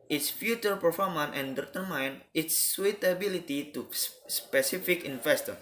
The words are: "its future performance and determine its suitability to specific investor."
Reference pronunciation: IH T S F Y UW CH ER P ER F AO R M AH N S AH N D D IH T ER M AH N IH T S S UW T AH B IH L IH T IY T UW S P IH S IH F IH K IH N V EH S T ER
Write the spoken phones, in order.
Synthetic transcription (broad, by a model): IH T S F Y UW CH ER P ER F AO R M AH N AH N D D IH T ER M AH N IH T S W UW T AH B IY L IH T IY T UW S P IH S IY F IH K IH N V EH S T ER